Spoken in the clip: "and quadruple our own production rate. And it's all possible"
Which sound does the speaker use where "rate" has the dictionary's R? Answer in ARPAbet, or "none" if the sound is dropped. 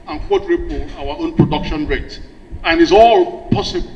R